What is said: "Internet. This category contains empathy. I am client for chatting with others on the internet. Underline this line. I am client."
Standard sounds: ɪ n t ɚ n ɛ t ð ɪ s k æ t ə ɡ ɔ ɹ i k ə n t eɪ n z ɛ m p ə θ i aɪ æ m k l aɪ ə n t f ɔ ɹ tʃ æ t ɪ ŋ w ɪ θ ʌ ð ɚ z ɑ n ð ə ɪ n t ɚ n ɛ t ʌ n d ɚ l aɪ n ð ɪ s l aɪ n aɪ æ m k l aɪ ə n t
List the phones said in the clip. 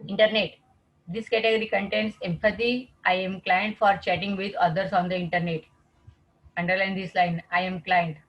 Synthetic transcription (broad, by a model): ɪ n t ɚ n ɛ t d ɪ s k æ t ə ɡ ɔ ɹ i k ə n t eɪ n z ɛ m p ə s i aɪ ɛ m k l aɪ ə n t f ɔ ɹ tʃ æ t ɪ ŋ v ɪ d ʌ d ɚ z ɑ n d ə ɪ n t ɚ n ɛ t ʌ n d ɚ l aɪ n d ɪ s l aɪ n aɪ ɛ m k l aɪ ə n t